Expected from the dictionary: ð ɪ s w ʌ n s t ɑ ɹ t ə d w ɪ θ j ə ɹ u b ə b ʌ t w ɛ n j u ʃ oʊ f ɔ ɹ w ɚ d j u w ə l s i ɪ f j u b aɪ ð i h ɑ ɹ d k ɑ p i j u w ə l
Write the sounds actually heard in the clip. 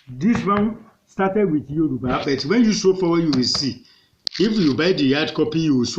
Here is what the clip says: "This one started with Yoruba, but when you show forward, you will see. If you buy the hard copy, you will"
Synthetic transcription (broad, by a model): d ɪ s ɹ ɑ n s t ɑ t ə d w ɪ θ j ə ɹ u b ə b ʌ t w ɛ n j u s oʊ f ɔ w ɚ j u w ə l s i ɪ f j u b aɪ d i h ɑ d k ɑ p i j u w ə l